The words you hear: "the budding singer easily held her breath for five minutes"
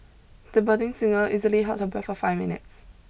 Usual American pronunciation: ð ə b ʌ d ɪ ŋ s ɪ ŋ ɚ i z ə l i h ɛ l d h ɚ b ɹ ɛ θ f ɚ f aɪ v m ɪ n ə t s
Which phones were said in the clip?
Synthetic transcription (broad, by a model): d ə b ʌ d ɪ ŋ s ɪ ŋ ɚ i z ə l i h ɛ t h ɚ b ɛ f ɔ f aɪ v m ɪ n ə t s